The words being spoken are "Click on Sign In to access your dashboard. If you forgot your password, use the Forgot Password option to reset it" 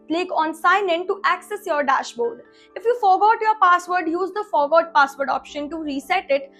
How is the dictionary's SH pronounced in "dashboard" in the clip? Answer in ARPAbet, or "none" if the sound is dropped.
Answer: SH